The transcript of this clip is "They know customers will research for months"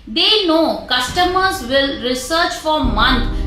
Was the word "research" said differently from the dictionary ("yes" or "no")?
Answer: no